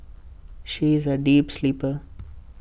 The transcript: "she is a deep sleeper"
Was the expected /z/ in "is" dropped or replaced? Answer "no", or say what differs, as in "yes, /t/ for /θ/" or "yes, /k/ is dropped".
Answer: no